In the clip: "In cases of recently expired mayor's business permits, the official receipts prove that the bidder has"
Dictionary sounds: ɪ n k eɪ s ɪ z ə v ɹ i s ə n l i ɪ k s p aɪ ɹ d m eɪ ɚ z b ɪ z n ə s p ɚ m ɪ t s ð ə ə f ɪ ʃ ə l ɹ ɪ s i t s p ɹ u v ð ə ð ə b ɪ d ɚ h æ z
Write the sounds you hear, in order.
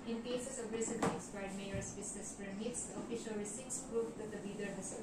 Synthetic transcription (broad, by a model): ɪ n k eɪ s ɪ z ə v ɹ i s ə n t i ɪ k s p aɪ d m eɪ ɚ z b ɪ s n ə s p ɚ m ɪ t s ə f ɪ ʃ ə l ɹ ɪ s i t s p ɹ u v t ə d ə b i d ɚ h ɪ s